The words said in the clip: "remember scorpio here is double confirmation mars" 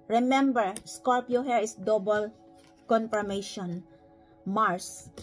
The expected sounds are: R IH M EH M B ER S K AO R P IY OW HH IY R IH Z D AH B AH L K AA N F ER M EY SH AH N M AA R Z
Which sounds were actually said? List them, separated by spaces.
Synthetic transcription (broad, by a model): R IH M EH M B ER S K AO L P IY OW HH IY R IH S D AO B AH L K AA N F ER M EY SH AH N M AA R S